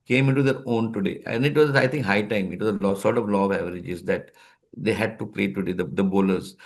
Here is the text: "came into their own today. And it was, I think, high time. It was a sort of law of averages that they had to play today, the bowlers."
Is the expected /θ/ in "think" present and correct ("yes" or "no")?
no